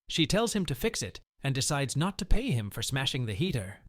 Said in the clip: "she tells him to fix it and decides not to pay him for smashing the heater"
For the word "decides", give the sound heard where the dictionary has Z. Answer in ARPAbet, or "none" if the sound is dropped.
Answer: Z